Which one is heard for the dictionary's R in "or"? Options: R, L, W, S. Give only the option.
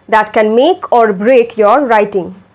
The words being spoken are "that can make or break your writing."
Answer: R